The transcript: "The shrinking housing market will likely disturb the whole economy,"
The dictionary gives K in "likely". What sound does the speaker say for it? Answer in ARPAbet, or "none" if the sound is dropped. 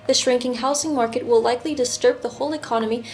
K